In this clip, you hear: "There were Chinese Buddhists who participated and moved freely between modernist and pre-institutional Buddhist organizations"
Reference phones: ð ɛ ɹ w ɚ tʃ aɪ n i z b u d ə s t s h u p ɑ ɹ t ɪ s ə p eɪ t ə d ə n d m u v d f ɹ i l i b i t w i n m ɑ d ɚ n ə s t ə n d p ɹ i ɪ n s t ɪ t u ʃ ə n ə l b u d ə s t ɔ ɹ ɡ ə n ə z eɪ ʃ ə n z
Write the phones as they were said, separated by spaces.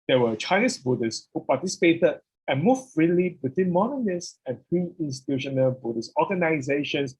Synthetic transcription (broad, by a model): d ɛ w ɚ tʃ aɪ n i s b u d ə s s h u p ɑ t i s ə p eɪ t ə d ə n m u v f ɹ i l i b i t w i n m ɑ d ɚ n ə s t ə n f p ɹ i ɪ n s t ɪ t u ʃ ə n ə l b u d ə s ɔ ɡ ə n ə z eɪ ʃ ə n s